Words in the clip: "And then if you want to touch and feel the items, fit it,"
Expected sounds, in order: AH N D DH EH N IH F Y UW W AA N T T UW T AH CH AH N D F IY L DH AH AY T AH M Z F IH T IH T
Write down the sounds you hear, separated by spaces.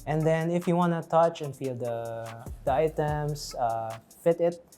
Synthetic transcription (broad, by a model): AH N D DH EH N IH F Y UW W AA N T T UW T AH CH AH N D F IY L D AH AY T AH M S F IH T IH T